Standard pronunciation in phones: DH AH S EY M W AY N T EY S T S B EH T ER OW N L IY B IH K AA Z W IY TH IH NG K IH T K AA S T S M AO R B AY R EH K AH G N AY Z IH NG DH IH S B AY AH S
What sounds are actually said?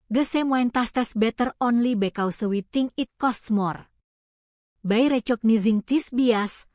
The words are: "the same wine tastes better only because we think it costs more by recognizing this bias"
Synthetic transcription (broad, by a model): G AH S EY M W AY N T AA S T S B EH T ER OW N L IY B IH K AA S W IY T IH NG IH T K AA S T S M AO R B AY R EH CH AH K N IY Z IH NG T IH S B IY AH S